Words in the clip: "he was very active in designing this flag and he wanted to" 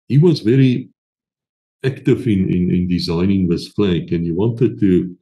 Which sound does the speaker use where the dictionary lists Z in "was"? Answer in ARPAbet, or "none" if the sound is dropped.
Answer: Z